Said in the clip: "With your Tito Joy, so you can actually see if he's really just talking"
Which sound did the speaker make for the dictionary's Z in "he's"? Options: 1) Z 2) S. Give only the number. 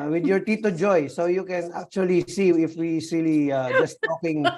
2